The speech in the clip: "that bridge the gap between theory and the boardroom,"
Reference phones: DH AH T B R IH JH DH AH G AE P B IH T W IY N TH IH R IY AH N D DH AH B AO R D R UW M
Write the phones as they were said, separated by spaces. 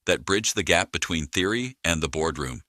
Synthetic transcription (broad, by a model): DH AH T B R IH JH DH AH G AE P B IH T W IY N TH IH R IY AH N DH AH B AO R D R UW M